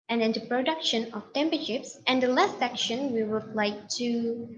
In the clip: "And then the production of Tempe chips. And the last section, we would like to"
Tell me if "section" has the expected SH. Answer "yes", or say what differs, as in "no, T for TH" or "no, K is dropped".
yes